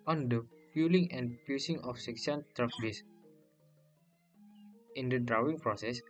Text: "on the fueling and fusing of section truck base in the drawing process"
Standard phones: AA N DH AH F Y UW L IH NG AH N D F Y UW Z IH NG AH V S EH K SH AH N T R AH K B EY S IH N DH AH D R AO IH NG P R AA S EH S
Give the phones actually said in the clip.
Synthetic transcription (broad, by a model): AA N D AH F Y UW L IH NG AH N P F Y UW S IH NG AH F S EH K S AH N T R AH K B EY S IH N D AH D R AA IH NG P R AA S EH S